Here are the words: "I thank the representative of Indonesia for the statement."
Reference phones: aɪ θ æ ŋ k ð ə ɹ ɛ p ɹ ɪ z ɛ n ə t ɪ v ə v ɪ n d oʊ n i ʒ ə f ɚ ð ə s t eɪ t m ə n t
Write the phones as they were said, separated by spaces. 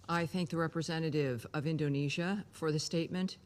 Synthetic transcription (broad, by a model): aɪ θ æ ŋ k ð ə ɹ ɛ p ɹ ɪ z ɛ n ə t ɪ v ə v ɪ n d oʊ n i ʒ ə f ɚ ð ə s t eɪ t m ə n t